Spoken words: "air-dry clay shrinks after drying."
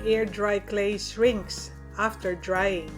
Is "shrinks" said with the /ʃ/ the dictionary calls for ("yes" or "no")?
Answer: no